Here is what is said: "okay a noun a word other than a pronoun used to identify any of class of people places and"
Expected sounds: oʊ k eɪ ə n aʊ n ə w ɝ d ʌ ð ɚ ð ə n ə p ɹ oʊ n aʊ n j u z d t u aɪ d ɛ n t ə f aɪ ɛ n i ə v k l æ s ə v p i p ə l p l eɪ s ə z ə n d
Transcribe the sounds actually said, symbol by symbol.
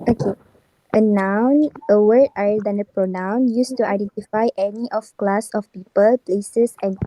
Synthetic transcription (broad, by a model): oʊ k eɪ ə n aʊ n ə w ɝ ɑ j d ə n ə p ɹ oʊ n aʊ n j u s t u aɪ d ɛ n t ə f aɪ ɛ n i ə f k l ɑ s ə f p i p ə l p l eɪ s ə s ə n